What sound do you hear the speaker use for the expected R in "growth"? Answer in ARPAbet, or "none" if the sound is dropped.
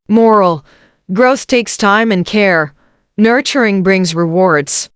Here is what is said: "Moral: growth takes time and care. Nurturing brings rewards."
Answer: R